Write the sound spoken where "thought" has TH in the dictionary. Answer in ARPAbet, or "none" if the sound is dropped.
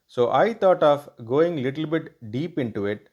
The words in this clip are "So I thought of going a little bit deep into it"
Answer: T